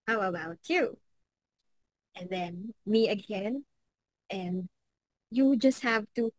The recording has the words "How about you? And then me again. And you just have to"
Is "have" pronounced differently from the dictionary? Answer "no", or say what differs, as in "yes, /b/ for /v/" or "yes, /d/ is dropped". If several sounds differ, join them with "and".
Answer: no